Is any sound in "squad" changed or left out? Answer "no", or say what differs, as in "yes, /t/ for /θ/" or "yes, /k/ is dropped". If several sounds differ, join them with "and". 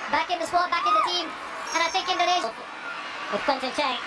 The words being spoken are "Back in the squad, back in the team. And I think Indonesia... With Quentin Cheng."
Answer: yes, /k/ is dropped